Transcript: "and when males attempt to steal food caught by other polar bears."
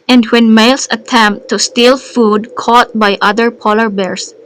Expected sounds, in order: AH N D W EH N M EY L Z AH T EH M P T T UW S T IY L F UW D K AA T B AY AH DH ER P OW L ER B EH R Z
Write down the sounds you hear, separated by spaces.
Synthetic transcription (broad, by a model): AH N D W EH N M EY L S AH T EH M P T T UW S T IY L F UW D K AA T B AY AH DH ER P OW L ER B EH R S